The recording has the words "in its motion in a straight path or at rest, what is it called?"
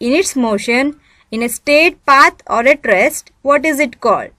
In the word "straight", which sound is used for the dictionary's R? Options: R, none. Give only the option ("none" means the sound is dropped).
none